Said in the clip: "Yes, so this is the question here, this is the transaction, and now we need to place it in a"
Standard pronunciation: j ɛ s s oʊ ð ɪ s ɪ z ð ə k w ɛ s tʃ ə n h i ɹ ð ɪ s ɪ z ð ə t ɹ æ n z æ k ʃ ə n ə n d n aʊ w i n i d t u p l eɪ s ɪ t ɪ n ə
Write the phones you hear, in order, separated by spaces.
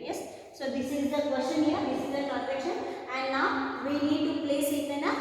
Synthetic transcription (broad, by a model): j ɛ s s oʊ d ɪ s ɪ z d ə k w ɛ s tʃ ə n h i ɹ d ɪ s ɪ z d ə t æ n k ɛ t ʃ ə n ə n d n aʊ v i n i d t u p l eɪ s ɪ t ɪ n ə